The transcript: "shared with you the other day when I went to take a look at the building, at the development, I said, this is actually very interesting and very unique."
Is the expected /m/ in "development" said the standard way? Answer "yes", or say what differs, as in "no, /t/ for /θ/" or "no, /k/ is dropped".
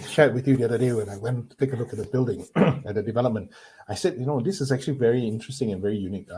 yes